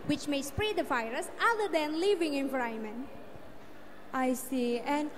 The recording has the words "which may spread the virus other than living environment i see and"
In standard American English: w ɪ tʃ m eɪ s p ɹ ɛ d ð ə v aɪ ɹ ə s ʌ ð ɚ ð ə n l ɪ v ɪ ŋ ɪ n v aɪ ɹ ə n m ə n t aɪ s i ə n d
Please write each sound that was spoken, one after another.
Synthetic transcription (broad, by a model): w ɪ tʃ m eɪ s p ɹ ɛ d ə f aɪ ɹ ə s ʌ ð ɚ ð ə n l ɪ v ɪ ŋ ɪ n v ɹ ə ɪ m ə n t aɪ s i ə n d